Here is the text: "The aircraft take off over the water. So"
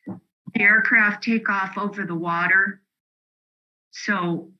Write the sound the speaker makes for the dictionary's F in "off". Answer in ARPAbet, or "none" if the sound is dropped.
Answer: F